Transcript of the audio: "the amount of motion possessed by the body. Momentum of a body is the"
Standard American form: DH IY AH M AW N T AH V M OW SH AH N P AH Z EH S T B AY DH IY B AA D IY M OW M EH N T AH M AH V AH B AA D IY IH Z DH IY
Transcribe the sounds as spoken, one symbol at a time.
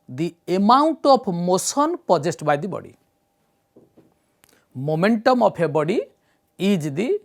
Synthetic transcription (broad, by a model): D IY AH M AW N T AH P M OW S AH N P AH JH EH S T B AY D IY B AA D IY M OW M EH N T AH M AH P AH B AA D IY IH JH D IY